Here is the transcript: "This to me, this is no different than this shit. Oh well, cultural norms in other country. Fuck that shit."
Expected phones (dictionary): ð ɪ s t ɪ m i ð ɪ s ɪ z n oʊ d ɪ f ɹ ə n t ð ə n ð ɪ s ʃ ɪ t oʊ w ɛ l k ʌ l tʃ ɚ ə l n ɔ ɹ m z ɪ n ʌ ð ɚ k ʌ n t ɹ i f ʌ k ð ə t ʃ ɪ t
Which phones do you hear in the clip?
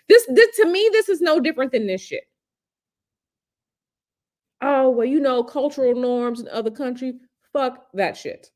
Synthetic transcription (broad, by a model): ð ɪ s t ɪ m i ð ɪ s ɪ z n oʊ d ɪ f ɹ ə n ð ə n ð ɪ s ʃ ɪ t oʊ w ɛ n k ʌ l tʃ ɚ l n ɔ ɹ m z ɪ n ʌ ð ɚ k ʌ n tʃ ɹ i f ʌ k ð ə t ʃ ɪ t